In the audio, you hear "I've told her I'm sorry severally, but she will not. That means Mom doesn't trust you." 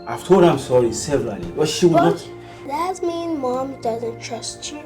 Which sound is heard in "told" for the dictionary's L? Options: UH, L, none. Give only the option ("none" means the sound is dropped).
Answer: none